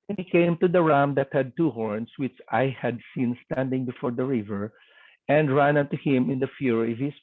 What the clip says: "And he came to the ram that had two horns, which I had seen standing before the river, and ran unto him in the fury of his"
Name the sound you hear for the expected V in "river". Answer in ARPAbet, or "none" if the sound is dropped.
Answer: V